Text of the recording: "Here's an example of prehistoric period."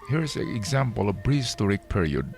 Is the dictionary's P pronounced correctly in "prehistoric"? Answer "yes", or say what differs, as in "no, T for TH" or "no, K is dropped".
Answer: no, B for P